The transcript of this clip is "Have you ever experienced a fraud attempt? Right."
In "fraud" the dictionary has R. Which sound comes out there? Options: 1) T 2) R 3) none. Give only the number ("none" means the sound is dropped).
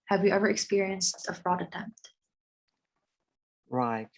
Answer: 2